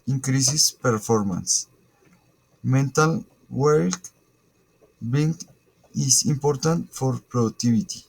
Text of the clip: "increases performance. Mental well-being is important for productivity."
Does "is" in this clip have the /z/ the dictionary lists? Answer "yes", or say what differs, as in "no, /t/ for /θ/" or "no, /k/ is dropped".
no, /s/ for /z/